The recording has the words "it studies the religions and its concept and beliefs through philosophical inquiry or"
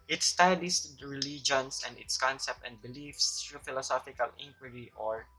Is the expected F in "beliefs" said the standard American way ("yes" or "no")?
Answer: yes